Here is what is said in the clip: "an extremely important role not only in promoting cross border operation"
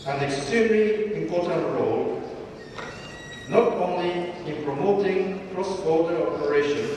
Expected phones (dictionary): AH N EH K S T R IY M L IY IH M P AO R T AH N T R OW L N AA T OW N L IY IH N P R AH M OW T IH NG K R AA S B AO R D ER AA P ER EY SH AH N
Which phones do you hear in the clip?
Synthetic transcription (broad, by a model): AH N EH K S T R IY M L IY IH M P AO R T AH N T R OW L N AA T OW N L IY IH N P R AH M OW T IH NG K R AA S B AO L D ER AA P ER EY SH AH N